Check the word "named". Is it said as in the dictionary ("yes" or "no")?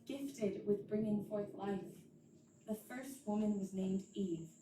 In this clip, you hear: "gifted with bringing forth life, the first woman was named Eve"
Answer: yes